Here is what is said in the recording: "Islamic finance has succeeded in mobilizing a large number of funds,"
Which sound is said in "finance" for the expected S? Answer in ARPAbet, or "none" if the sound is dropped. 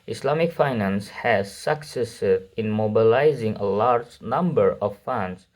S